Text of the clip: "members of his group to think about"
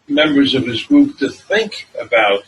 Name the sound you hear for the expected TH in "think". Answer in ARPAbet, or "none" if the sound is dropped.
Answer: TH